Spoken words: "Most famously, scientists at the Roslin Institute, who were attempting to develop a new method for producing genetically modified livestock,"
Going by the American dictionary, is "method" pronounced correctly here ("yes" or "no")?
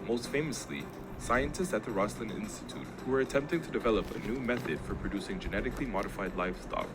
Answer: yes